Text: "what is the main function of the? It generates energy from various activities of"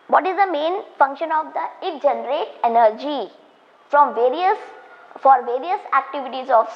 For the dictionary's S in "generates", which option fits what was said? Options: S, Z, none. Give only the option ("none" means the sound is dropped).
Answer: none